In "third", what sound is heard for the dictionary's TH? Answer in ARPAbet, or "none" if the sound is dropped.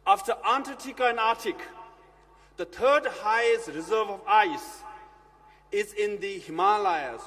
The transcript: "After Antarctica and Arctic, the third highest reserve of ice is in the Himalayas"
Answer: T